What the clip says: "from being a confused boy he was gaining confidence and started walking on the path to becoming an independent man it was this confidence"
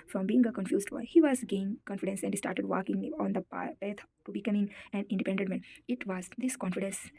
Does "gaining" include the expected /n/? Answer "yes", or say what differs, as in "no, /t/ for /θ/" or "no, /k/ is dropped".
no, /n/ is dropped